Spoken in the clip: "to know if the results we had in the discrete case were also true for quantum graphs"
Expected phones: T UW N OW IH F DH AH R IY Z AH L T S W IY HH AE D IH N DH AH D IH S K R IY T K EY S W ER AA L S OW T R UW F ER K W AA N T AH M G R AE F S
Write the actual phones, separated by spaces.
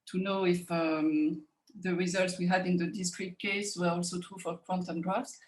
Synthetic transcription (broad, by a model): T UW N OW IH F DH AH R IY Z AH L T S W IY HH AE D IH N DH AH D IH S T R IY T K EY S W ER AA L S OW T R UW F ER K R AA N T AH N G R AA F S